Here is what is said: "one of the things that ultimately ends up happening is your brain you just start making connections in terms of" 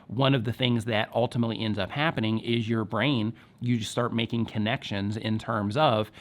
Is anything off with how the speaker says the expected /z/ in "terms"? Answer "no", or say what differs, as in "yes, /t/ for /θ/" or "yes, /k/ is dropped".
no